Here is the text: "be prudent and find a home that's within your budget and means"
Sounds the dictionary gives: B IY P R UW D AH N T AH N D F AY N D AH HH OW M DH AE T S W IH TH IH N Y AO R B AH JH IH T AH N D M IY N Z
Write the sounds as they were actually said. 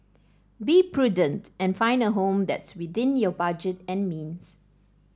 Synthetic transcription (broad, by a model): B IY P R UW D AH N T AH N F AY N D AH HH OW M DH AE T S W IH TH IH N Y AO B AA JH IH T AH N M IY N S